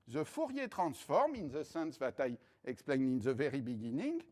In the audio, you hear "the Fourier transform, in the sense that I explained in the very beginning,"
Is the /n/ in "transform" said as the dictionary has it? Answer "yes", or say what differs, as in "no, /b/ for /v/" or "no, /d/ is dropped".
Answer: no, /n/ is dropped